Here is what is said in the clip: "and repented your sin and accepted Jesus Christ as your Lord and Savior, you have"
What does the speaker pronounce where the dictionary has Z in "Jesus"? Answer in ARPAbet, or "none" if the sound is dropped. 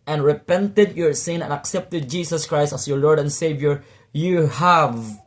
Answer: S